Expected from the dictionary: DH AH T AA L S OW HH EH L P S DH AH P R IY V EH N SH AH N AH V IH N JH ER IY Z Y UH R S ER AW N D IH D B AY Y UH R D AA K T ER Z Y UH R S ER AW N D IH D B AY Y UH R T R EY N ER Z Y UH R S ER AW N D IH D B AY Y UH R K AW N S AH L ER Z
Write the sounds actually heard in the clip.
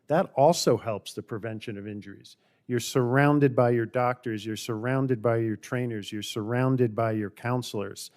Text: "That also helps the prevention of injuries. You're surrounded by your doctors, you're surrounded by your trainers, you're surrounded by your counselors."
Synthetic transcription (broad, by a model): DH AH T AA L S OW HH EH L P S DH AH P R IY V EH N SH AH N AH V IH N JH ER IY Z Y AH R S ER AW N D IH D B AY Y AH R D AA K T ER Z Y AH R S ER AW N D IH D B AY Y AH R T R EY N ER Z Y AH R S ER AW N D IH D B AY Y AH R K AW N S L ER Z